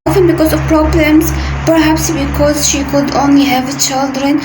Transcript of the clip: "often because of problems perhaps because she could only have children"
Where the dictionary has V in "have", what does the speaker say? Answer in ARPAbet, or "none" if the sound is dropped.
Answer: V